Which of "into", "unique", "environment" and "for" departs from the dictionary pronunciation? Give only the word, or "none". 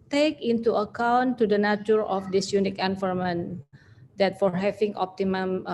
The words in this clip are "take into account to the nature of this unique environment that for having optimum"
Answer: environment